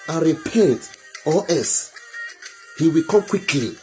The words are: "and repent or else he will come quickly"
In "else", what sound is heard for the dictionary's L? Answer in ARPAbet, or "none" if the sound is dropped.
none